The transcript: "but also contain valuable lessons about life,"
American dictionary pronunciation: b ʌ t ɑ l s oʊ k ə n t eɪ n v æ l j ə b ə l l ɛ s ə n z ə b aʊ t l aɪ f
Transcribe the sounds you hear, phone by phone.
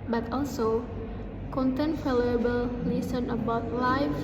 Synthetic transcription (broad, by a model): b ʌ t ɑ l s oʊ k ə n t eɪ n f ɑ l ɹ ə b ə l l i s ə n ə b aʊ t l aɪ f